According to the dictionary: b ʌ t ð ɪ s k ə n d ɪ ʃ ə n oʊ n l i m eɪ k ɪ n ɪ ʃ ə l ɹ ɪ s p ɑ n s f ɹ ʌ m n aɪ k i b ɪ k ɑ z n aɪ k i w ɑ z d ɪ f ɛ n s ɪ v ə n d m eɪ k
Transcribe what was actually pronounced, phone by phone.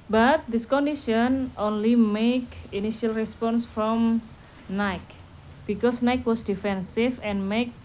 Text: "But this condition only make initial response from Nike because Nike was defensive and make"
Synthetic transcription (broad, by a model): b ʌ t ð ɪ s k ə n d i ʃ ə n oʊ n l i m eɪ k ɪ n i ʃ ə l ɹ ɪ s p ɑ n s f ɹ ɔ m n aɪ k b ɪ k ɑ s n aɪ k w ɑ s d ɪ f ɛ n s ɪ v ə n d m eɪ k